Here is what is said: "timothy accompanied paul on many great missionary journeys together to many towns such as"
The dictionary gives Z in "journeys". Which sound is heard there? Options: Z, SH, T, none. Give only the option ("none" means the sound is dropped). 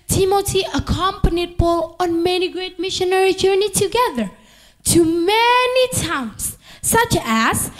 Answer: none